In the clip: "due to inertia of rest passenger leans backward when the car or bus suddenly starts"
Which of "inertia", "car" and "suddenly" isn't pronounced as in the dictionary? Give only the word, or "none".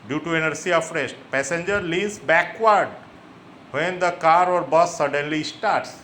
inertia